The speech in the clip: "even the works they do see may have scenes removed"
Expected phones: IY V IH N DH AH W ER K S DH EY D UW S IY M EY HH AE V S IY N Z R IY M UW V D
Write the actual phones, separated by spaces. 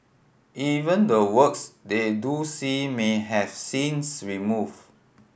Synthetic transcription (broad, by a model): IY V IH N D AH W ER K S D EY D UW S IY M EY HH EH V S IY N S R IY M UW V